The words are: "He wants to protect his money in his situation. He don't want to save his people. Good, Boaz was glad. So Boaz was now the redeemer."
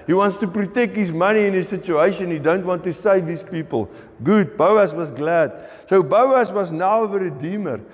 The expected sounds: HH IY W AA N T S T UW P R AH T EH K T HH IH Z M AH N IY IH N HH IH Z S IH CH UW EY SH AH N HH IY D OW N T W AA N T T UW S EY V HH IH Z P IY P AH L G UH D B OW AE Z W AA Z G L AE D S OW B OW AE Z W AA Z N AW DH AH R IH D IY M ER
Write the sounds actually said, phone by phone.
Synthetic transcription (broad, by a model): HH IY W AA N T S T UW P R AH T EH K T HH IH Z M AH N IY IH N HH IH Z S IH CH UW EY SH AH N HH IY D OW N T W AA N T T UW S EY V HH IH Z P IY P AH L G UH D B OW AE S W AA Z G L AE D S OW B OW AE S W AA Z N AW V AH R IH D IY M ER